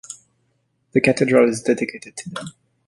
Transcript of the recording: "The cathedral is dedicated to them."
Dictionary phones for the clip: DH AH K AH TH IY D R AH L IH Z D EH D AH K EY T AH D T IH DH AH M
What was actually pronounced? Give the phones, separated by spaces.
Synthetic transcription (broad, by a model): DH AH K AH T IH D R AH L IH Z D EH D AH K EY T AH D T IH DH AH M